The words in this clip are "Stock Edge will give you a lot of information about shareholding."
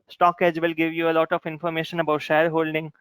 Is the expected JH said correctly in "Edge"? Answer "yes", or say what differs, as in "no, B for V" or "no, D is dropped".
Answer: yes